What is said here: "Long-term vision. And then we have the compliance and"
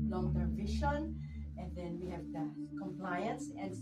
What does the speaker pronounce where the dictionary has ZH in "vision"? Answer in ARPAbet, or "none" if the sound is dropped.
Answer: SH